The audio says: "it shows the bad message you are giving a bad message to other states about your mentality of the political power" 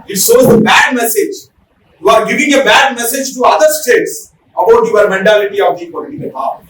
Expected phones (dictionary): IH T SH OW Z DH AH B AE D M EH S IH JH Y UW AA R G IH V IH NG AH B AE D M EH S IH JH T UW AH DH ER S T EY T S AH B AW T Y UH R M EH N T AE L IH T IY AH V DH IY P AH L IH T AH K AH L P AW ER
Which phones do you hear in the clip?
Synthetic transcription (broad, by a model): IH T S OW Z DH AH B AE D M EH S IH JH Y UW AA R G IH V IH NG AH B AE D M EH S IH JH T UW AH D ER S T EY T S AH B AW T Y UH R M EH N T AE L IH T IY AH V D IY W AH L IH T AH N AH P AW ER